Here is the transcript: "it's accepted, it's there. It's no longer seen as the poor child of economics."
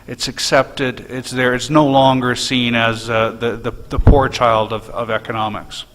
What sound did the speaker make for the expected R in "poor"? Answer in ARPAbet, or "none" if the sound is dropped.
R